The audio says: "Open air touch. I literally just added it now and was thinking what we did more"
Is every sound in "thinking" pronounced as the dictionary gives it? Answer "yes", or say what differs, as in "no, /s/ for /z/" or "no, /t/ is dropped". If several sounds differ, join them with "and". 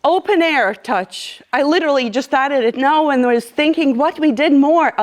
yes